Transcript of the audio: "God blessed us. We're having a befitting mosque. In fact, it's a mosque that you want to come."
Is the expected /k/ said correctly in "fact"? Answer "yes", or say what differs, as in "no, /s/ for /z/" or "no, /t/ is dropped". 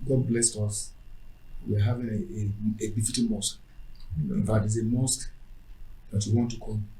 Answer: no, /k/ is dropped